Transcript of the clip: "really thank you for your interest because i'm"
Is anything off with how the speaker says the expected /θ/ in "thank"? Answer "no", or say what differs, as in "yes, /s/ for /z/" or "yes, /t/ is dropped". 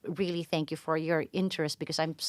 no